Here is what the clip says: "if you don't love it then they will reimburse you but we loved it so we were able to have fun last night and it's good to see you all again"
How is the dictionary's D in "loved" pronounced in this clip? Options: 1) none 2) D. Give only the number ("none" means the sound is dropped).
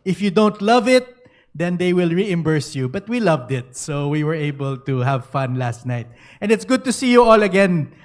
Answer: 2